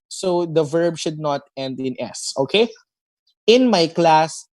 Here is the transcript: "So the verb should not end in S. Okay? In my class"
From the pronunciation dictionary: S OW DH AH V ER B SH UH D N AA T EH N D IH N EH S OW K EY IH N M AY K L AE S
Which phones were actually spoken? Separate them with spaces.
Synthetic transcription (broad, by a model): S OW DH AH V ER B SH UH D N AA T EH N D IH N EH S OW K EY IH N M AY K L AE S